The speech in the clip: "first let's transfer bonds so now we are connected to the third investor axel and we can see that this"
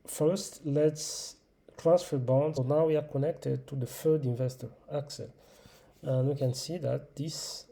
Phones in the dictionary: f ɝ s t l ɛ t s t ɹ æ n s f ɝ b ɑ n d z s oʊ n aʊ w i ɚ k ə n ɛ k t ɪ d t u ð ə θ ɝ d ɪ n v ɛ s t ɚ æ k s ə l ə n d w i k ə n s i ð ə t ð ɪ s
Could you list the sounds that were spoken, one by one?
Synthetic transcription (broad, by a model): f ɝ s t l ɛ t s t ɹ æ n s f ɝ b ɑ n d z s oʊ n aʊ w i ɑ k ə n ɛ k t ɪ d t u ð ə f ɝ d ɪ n v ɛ s t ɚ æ k s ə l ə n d w i k ə n s i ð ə t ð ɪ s